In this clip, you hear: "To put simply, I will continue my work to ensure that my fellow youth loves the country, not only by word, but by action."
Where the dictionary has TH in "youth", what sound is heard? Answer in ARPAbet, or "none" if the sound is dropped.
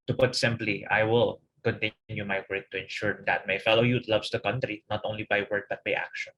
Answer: T